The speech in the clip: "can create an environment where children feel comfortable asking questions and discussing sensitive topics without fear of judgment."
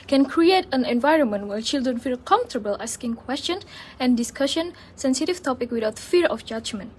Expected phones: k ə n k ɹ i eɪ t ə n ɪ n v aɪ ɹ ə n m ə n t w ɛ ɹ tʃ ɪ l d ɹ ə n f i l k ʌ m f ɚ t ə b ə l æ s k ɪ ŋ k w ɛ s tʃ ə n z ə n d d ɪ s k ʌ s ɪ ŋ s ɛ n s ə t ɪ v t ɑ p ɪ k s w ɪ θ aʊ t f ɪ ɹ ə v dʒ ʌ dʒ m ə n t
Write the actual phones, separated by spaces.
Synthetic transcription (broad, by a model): k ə n k ɹ i eɪ t ə n ɪ n v aɪ ɹ ə n m ə n t w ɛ tʃ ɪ l d ɹ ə n f i l k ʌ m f t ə b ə l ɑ s k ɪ ŋ k w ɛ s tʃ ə n ə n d d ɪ s k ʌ ʃ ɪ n s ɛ n s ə t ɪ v t ɑ p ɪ k w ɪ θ aʊ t f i ɹ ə f dʒ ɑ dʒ m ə n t